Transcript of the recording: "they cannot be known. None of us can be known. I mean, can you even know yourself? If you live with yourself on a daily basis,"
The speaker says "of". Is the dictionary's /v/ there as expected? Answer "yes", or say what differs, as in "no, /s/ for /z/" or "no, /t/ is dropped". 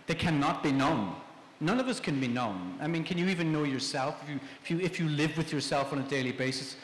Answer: yes